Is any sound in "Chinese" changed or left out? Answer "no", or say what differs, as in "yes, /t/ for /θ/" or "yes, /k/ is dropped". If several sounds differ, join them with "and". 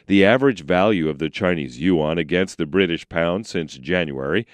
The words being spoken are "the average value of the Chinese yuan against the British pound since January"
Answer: no